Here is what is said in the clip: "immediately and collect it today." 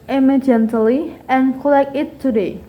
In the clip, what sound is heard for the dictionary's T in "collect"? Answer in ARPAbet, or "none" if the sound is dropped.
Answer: none